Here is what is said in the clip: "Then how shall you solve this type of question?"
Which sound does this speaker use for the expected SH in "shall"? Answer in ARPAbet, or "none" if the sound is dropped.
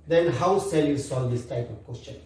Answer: S